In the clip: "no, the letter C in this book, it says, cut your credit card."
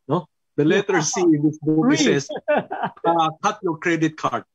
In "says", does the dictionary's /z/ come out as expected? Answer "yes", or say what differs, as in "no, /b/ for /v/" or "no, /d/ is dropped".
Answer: no, /z/ is dropped